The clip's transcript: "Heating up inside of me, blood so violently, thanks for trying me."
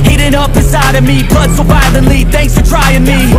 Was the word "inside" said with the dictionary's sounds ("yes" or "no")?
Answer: no